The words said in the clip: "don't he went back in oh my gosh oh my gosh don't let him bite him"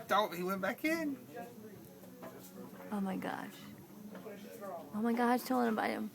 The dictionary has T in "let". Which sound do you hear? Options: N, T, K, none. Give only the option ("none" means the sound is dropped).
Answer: none